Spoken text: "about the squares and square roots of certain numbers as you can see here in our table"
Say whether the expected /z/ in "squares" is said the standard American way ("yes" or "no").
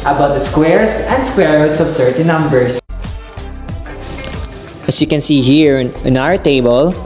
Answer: no